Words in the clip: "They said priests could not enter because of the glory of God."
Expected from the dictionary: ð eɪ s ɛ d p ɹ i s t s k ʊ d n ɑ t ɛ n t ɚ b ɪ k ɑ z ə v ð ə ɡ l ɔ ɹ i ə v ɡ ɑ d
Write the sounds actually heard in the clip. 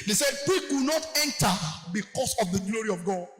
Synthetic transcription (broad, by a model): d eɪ s ɛ d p i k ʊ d n ɑ t ɛ n t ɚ b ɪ k ɑ s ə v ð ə ɡ l ɔ ɹ i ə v ɡ ɑ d